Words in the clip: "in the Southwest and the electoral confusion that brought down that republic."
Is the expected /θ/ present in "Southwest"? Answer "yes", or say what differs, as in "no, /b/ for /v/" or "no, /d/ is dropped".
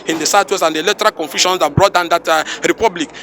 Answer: no, /t/ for /θ/